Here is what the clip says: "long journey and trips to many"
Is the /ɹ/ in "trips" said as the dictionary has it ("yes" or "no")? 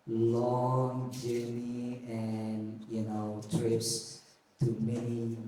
yes